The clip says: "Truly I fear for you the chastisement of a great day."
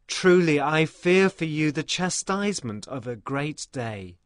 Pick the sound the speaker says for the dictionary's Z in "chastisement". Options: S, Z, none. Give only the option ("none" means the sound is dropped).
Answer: Z